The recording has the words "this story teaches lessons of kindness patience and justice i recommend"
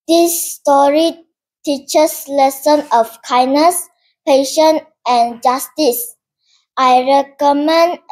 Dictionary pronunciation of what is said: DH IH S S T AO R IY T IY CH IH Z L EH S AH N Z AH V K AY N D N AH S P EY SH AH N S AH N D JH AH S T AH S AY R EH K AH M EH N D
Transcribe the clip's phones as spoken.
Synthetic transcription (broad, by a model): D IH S S T AO R IY T IY CH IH S L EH S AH N AH F K AY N N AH S P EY SH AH N AH N JH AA S T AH S AY R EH K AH M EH N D